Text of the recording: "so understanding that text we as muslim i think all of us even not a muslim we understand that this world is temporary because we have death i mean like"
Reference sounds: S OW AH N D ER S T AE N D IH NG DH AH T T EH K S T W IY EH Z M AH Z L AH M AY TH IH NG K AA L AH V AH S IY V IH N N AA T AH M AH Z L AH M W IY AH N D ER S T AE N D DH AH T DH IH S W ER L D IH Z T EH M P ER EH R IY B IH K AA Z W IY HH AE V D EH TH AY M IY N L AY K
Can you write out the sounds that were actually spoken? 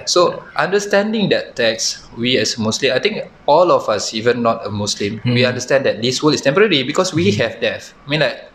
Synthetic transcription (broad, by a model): S OW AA N D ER S T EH N D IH NG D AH T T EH K S W IY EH S M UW S L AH M AY T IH NG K AA L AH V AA S IY V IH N N AA T AH M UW S L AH M W IY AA N D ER S T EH N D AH T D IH S W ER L IH S T EH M P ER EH R IY B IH K AA S W IY HH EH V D EH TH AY M IY N L AY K